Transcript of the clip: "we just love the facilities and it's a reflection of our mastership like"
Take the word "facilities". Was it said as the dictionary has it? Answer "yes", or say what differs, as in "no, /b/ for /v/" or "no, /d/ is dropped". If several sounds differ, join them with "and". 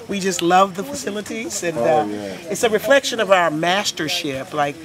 yes